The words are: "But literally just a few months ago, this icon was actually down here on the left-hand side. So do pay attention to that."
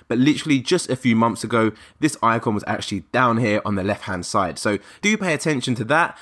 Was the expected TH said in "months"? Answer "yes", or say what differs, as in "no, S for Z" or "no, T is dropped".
yes